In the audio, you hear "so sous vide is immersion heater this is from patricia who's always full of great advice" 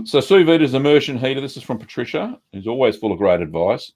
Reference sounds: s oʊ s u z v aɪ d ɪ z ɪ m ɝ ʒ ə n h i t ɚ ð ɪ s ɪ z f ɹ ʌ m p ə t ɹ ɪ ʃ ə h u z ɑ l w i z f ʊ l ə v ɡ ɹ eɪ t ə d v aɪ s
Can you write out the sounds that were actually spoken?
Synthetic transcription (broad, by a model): s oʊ s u v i d ɪ z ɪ m ɝ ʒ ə n h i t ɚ ð ɪ s ɪ z f ɹ ʌ m p ə t ɹ ɪ ʃ ə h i z ɑ l w i z f ʊ l ə v ɡ ɹ eɪ t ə d v aɪ s